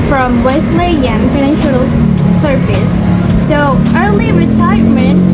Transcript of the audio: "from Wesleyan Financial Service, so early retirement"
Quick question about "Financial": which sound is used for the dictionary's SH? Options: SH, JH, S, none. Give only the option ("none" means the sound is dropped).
SH